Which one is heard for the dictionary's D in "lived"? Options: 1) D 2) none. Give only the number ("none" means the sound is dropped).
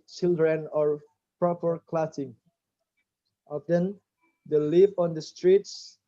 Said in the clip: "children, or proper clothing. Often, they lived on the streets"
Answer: 2